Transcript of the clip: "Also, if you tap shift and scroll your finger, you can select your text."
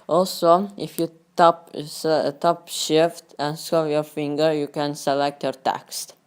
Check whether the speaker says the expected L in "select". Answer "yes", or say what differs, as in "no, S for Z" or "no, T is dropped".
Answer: yes